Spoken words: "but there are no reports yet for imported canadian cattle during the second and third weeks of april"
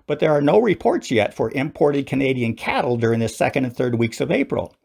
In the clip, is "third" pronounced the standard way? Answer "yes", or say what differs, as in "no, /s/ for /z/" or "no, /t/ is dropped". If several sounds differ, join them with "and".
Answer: yes